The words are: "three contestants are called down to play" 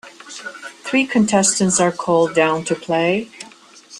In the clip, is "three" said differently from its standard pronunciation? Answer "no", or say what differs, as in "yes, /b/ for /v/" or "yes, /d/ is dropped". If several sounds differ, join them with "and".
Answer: no